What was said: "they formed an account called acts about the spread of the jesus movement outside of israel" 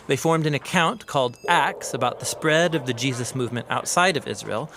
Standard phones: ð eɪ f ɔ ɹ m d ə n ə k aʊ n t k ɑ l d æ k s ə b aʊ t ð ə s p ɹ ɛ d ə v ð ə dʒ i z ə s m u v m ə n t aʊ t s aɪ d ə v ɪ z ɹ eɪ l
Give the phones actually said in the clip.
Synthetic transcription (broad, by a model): ð eɪ f ɔ ɹ m d ə n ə k aʊ n k ɑ l d æ k s ə b aʊ t ð ə s p ɹ ɛ d ə v ð ə dʒ i z ə s m u v m ə n t aʊ t s aɪ d ə v ɪ z ɹ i l